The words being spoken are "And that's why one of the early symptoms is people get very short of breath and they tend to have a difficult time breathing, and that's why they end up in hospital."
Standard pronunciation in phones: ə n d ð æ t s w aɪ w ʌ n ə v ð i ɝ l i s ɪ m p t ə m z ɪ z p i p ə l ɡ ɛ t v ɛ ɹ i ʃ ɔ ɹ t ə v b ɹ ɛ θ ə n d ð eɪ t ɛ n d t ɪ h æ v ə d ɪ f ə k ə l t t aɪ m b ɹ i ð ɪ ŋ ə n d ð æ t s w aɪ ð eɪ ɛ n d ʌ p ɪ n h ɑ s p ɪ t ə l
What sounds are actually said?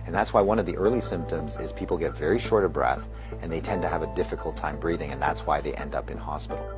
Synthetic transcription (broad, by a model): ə n ð æ t s w aɪ w ʌ n ə v ð i ɝ l i s ɪ m p t ə m z ɪ z p i p l ɡ ɛ t v ɛ ɹ i ʃ ɔ ɹ t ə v b ɹ ɛ θ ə n ð eɪ t ɛ n t ɪ v ə d ɪ f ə k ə l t t aɪ m b ɹ i ð ɪ ŋ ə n ð æ t s w aɪ ð eɪ ɛ n d ʌ p ɪ n h ɑ s p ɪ t l